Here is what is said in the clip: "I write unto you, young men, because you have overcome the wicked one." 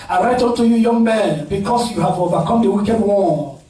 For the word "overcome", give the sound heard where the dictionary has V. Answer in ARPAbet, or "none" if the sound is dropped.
B